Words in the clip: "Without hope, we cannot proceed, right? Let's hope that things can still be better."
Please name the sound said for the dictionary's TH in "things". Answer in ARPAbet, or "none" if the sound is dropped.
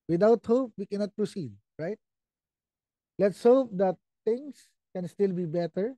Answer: T